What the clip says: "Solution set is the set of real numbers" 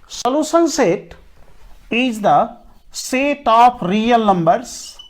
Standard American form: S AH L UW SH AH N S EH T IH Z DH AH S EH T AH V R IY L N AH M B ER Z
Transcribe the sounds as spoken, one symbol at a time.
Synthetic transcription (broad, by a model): S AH L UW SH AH N S EH T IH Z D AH S EH T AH P R IY L N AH M B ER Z